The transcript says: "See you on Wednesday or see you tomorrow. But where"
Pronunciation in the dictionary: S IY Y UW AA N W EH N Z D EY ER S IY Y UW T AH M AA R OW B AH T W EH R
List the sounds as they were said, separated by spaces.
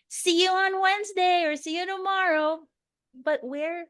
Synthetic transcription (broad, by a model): S IY Y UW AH N W EH N Z D EY ER S IY Y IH T AH M AA R OW B AH T W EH R